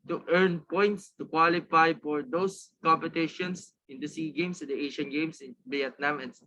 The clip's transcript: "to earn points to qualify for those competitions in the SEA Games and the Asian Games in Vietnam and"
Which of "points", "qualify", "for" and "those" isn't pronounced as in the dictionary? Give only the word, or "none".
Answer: those